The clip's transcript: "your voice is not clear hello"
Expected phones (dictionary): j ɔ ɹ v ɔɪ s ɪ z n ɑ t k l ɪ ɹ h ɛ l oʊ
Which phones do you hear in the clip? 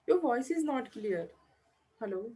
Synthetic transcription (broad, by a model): j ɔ ɹ v ɔɪ s ɪ z n ɑ t k l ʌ ɹ h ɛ l oʊ